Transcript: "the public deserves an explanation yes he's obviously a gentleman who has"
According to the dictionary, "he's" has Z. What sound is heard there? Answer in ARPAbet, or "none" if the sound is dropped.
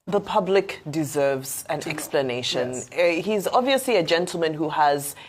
Z